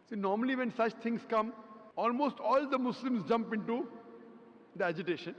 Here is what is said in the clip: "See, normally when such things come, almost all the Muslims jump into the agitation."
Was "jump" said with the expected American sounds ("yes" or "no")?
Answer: yes